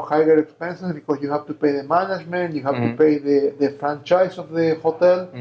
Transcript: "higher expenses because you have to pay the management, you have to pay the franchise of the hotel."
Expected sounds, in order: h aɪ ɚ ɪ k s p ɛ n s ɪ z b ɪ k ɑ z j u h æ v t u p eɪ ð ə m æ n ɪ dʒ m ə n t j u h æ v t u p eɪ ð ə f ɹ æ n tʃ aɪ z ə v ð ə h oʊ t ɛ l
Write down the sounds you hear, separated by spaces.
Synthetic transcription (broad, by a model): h aɪ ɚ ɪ k s p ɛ n s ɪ s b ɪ k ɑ s j u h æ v t u p eɪ ð ə m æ n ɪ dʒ m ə n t j u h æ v t u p eɪ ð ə f ɹ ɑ n tʃ aɪ s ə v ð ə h oʊ t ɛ l